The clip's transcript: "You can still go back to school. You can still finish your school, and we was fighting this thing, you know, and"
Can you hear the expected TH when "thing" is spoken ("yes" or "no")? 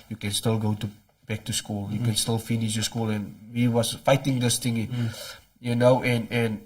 no